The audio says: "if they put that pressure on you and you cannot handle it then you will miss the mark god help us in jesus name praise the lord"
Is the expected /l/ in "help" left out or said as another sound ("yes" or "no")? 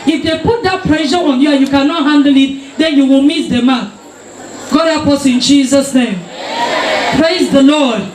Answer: yes